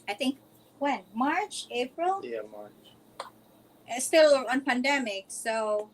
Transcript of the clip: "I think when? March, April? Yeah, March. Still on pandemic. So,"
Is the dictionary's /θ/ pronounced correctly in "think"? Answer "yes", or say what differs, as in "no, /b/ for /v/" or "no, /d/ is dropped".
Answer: no, /t/ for /θ/